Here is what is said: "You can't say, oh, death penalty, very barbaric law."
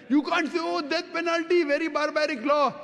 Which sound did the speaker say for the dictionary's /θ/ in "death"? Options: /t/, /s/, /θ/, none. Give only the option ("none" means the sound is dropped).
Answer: /t/